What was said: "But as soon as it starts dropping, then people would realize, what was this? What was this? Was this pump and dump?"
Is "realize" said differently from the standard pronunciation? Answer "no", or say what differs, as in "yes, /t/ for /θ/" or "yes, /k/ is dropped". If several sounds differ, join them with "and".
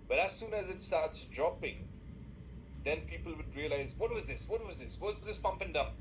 no